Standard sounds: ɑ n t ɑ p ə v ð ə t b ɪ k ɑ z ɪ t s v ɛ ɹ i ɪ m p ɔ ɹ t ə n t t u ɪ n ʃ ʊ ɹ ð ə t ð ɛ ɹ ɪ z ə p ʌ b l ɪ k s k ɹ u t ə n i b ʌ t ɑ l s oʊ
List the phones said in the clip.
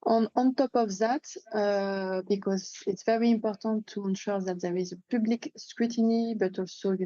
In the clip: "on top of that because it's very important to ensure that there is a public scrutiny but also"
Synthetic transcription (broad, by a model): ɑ n t ɑ p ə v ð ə t b ɪ k ɑ z ɪ t s v ɛ ɹ i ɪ m p ɔ ɹ t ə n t t u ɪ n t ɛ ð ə t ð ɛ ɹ ɪ z ə p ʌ b l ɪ k s k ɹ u t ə n i b ʌ t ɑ l s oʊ